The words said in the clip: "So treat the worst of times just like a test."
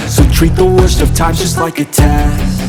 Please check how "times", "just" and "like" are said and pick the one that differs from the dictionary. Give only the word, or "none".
times